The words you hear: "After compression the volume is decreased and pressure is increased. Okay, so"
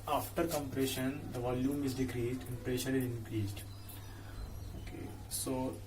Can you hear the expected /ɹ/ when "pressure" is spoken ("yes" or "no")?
yes